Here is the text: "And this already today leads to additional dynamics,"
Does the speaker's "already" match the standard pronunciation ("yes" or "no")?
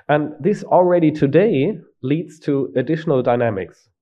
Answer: yes